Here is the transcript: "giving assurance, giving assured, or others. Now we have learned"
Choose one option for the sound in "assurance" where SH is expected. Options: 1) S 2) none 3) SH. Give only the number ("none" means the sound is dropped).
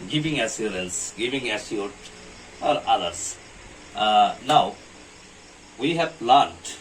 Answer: 1